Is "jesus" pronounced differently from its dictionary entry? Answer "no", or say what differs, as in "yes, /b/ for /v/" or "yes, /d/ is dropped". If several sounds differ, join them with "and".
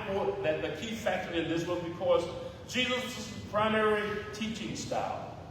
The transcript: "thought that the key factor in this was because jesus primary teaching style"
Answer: no